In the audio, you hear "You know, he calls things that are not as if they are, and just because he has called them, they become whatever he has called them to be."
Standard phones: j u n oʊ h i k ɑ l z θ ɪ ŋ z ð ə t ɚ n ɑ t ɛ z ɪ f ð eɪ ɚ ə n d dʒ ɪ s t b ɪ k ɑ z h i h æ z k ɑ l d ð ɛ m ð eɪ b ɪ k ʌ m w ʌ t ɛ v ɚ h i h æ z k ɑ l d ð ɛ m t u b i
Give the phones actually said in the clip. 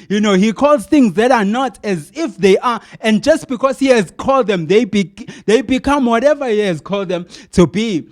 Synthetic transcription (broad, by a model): j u n oʊ h i k ɑ l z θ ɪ ŋ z ð ə t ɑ n ɑ t ɛ z ɪ f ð eɪ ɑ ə n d dʒ ɪ s t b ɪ k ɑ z h i h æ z k ɑ l d ð ɛ m ð eɪ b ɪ k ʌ m w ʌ t ɛ v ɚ h i h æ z k ɑ l d ð ɛ m t u b i